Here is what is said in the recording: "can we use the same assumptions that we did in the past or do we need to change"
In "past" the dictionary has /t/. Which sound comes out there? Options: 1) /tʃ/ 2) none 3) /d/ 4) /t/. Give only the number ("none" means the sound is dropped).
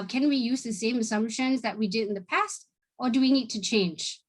4